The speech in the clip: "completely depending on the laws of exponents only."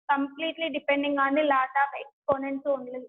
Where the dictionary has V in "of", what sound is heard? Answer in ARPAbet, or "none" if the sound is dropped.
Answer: P